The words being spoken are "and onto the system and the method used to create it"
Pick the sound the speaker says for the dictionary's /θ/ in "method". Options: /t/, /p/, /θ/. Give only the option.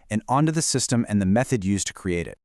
/θ/